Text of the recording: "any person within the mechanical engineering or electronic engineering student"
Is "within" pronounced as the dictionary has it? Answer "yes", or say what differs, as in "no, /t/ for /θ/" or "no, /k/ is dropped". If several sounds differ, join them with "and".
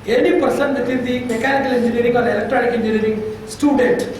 no, /f/ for /θ/